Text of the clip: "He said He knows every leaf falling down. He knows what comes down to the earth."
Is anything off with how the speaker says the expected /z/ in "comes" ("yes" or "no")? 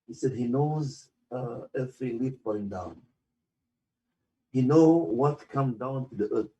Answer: yes